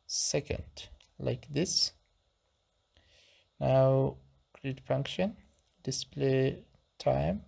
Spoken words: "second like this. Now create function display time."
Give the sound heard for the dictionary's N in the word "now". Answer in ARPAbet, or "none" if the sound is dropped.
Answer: N